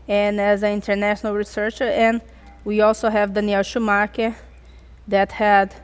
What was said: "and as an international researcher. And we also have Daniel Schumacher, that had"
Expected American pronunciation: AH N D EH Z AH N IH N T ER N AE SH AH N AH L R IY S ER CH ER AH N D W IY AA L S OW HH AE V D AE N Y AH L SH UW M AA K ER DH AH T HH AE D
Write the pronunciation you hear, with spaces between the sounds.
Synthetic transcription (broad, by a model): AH N EH Z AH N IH N T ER N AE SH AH N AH L R IY S ER CH ER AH N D W IY AA L S OW HH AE V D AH N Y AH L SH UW M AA K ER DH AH T HH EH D